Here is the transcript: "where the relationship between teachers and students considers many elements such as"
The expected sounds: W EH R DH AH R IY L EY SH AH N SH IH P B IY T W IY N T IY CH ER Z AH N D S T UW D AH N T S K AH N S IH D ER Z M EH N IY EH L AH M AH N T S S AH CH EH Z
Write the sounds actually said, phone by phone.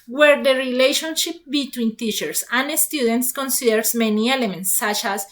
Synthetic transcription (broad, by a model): W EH R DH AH R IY L EY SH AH N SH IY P B IY T W IY N T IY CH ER S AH N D S T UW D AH N T S K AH N S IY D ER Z M EH N IY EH L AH M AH N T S S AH CH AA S